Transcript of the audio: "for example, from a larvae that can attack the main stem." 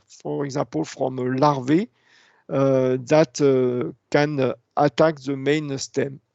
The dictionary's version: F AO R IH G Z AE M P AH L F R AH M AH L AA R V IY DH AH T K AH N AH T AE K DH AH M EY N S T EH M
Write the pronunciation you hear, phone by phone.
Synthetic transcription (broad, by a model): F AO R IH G Z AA P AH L F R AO M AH L AA R V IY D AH T K AH N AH T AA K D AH M EY N S T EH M